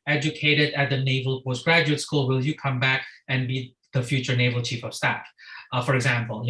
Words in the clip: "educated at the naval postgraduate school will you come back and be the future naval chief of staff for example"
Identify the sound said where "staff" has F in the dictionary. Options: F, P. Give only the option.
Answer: F